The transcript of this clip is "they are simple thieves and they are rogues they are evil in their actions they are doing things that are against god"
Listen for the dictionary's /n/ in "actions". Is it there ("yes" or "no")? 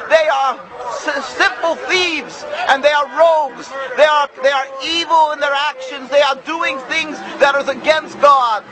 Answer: yes